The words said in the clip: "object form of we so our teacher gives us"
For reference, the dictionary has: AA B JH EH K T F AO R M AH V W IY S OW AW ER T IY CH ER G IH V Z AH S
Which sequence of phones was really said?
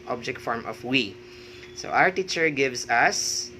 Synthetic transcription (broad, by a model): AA B JH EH K T F AO R M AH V W IY S OW AW ER T IY CH ER G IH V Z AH S